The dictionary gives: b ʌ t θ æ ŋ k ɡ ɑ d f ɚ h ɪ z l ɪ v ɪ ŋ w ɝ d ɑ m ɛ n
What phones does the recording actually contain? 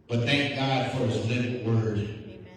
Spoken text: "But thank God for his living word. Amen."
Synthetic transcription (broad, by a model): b ʌ t θ æ ŋ k ɡ ɑ d f ɚ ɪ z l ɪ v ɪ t w ɝ d